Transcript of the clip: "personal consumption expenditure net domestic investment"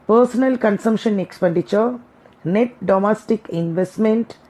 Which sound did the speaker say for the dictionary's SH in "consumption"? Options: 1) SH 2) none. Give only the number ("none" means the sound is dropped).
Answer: 1